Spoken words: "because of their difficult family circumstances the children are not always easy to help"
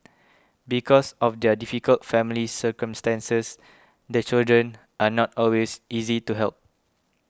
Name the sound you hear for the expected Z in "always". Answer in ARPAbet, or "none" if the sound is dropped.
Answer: S